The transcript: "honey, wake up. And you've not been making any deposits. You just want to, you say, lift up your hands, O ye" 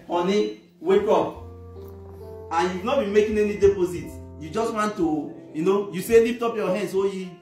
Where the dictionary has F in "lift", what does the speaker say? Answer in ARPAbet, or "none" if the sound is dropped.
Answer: P